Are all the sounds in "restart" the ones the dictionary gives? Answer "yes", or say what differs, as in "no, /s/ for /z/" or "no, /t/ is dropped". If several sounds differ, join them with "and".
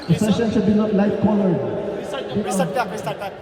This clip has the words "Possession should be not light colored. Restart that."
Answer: no, /s/ is dropped